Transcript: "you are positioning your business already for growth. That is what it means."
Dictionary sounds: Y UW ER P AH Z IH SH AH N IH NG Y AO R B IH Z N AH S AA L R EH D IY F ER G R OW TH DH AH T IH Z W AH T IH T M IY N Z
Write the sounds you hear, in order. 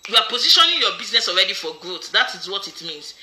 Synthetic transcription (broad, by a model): Y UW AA P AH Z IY SH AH N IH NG Y AO B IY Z N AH S AA L R EH D IY F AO G OW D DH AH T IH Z W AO T IH T M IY N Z